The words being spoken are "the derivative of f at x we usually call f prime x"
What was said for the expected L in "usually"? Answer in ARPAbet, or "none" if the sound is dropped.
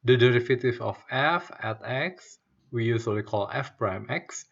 W